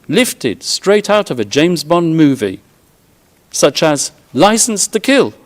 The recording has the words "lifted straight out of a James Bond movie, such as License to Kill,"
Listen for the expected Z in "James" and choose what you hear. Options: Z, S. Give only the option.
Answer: Z